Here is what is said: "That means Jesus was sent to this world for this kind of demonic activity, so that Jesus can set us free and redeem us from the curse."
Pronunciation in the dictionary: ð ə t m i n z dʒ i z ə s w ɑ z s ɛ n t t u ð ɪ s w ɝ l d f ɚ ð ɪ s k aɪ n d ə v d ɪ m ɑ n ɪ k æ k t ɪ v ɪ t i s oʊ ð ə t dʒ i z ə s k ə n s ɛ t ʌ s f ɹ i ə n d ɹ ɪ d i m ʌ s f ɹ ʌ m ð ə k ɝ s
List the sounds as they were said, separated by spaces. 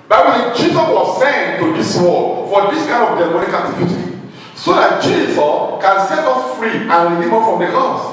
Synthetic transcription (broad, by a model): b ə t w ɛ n dʒ i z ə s w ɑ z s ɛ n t t u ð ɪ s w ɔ d f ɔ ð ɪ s k aɪ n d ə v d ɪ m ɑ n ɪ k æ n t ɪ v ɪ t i s oʊ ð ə t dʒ i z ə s k ə n s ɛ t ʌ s f ɹ i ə n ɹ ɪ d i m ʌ f ɹ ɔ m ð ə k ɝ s